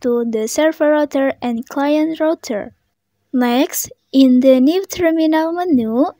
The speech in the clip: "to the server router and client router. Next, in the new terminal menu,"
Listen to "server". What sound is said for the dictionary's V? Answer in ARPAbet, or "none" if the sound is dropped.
F